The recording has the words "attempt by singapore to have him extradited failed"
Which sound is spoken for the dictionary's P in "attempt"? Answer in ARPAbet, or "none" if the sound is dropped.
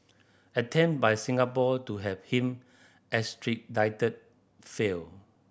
none